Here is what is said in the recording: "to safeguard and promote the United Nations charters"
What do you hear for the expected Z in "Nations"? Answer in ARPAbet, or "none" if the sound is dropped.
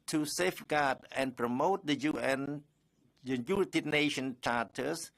none